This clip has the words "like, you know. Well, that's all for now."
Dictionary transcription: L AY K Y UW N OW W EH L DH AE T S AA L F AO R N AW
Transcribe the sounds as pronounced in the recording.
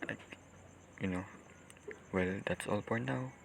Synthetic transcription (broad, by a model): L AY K Y UW N OW W EH L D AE T S AA L P AO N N AW